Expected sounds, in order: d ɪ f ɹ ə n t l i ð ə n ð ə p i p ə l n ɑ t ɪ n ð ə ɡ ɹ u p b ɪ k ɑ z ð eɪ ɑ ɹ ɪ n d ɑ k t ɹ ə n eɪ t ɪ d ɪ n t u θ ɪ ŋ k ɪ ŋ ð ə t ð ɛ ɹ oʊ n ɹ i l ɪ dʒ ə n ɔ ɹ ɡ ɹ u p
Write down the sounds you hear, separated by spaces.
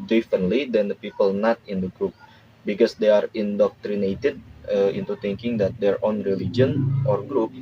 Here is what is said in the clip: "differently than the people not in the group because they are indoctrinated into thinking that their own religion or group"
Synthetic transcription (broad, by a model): d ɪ f ɹ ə n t l i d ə n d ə p i p ə l n ɑ t ɪ n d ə ɡ ɹ u p b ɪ k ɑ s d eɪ ɑ ɹ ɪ n d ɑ k t ɹ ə n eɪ t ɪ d ɪ n t u t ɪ ŋ k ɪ ŋ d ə t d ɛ ɹ oʊ n ɹ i l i dʒ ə n ɔ ɹ ɡ ɹ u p